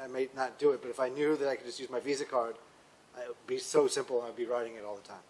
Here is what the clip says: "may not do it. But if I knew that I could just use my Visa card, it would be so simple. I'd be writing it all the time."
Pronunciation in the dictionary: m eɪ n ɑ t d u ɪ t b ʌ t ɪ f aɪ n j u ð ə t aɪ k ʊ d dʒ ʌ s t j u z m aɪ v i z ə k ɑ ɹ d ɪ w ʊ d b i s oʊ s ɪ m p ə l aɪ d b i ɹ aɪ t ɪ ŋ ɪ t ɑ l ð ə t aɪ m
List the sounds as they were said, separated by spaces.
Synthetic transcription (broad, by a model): m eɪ n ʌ t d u ɪ t b ʌ t ɪ f aɪ n j u ð ə t aɪ k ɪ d dʒ ʌ s t j u z m aɪ v i z ə k ɑ ɹ d ɪ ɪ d b i s oʊ s ɪ m p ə aɪ d b i ɹ aɪ t ɪ ŋ ɪ t ɑ l ð ə t aɪ m